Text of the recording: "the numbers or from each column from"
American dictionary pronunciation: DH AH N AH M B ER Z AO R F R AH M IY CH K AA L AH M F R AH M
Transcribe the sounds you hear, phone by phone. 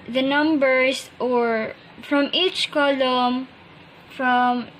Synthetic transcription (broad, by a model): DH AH N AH M B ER S AO R F R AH M IY CH K AA L AH M F R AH M